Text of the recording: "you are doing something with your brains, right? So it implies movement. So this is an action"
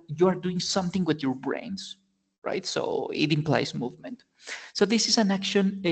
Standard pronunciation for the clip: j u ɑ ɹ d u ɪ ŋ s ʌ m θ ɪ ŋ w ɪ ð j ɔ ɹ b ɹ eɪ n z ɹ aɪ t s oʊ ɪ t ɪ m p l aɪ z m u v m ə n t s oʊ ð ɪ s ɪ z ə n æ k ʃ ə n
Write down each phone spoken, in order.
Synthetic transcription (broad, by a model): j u ɑ ɹ d u ɪ ŋ s ʌ m θ ɪ ŋ w ɪ ð j ɔ ɹ b ɹ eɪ n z ɹ aɪ t s oʊ ɪ t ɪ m p l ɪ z m u v m ə n t s oʊ ð ɪ s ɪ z ə n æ k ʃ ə n